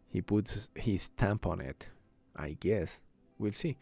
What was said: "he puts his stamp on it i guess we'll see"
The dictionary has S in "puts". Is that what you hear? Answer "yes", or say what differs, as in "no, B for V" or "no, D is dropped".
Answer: no, S is dropped